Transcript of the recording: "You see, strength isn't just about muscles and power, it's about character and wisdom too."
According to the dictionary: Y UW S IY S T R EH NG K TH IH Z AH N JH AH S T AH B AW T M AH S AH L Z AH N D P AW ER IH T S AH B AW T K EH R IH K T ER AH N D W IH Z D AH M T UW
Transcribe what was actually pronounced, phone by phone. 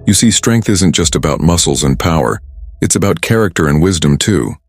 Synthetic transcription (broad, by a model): Y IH S IY S T R EH NG K TH IH Z AH N JH AH S T AH B AW T M AH S L Z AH N P AW ER IH T S AH B AW T K EH R IH K T ER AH N W IH Z D AH M T UW